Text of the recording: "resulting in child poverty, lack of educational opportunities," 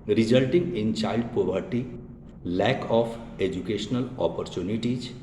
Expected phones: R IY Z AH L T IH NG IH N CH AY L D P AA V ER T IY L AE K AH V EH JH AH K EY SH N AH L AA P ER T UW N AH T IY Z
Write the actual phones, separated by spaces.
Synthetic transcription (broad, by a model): R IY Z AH L T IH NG IH N CH AY L D P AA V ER T IY L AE K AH F EH JH AH K EY SH N AH L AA P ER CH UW N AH T IY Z